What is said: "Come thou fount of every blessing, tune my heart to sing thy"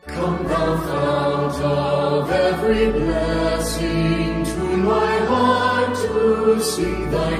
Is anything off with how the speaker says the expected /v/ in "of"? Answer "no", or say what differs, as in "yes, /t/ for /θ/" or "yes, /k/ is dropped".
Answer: no